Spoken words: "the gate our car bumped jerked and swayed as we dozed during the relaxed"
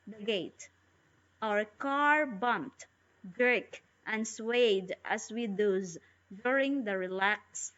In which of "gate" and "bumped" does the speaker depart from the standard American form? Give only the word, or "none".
none